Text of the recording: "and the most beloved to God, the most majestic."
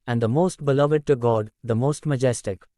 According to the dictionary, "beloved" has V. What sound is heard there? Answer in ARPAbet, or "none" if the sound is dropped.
V